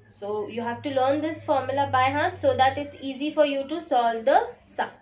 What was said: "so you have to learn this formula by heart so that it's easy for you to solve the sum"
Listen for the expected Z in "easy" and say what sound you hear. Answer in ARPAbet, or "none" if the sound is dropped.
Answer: Z